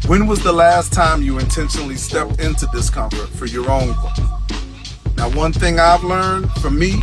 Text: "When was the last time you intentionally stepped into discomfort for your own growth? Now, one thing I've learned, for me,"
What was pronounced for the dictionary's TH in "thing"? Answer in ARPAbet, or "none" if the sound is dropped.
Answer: TH